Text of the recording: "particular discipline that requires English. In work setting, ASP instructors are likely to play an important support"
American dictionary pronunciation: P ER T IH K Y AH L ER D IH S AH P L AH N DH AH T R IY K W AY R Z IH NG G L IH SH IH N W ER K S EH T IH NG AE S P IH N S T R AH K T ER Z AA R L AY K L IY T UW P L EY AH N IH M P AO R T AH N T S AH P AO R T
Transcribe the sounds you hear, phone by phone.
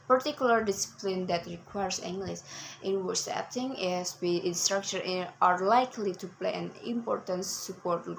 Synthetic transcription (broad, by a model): P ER T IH K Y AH L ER D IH S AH P L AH N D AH T R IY K W AY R S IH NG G L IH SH IH N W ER S EH T IH NG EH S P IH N S T R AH K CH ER AA R L AY K L IY T UW P L EY AH N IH M P AO R T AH N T S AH P AO R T